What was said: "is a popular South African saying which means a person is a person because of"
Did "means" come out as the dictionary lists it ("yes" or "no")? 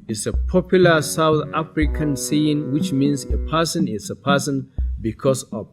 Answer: no